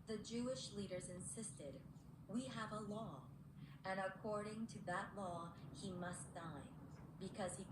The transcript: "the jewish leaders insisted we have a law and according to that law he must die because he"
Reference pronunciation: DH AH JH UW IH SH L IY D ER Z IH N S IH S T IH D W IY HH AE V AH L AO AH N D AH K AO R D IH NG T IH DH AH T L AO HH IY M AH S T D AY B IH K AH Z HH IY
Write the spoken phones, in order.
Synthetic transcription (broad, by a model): DH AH JH UW IH SH L IY D ER Z IH N S IH S T IH D W IY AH V AH L AO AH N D AH K AO R D IH NG T IH DH AH T L AO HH IY M AH S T D AY B IH K AH Z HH IY